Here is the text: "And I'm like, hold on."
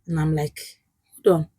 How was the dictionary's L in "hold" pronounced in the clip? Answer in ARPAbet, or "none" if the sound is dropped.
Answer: none